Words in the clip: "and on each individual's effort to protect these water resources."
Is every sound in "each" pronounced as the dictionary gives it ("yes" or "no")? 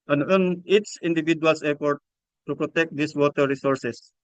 no